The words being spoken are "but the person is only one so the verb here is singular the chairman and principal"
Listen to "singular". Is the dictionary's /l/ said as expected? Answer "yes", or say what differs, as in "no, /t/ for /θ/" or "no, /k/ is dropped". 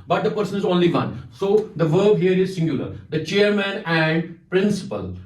yes